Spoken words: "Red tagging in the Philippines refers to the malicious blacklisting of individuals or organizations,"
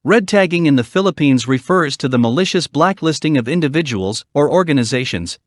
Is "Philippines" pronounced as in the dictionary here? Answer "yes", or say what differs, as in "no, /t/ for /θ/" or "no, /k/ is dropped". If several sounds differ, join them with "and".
yes